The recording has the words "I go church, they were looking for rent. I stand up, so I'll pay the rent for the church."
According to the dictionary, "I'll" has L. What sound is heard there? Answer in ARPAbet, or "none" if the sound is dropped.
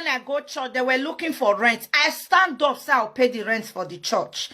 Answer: W